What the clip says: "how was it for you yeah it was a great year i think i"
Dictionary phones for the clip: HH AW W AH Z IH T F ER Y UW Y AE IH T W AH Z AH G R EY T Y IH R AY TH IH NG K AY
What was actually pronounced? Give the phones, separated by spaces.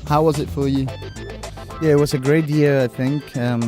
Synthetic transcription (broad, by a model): HH AW W AH Z IH T F ER Y UW Y AE IH T W AH Z AH G R EY T Y IH R AY TH IH NG K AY